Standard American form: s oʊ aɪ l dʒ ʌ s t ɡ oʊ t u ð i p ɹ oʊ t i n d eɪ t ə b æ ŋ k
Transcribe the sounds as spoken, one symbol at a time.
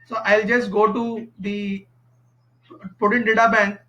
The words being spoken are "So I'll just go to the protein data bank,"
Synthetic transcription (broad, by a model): s oʊ aɪ l dʒ ʌ s t ɡ oʊ t u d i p oʊ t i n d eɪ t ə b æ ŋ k